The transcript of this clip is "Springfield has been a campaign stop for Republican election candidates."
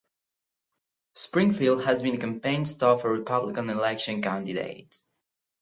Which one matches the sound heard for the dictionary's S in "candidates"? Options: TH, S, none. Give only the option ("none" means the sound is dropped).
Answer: none